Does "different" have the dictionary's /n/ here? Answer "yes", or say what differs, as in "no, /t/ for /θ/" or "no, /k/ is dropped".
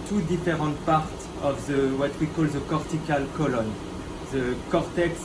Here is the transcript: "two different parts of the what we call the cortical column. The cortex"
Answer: no, /n/ is dropped